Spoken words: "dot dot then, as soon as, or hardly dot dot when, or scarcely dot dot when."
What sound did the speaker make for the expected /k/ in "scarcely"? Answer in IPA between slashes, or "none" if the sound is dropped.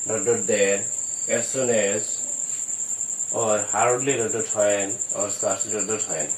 none